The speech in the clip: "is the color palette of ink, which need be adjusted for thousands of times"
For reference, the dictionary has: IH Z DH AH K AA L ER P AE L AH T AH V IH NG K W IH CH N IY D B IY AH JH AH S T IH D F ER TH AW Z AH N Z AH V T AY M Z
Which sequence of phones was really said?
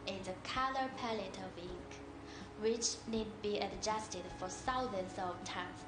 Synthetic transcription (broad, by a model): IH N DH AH K AA L ER P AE L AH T AH V IH NG K W IH CH N IY D B IY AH JH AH S T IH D F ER S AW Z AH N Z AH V T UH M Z